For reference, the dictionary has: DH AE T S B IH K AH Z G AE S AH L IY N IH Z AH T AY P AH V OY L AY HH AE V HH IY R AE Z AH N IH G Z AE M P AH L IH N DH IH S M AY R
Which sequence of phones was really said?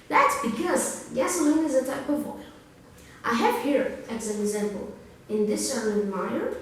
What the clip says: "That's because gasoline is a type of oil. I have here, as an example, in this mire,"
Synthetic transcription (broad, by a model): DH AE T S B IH K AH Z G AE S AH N IH Z AH T AY P AH V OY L AY HH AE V HH IY R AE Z AH N IH G Z AE M P AH L IH N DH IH S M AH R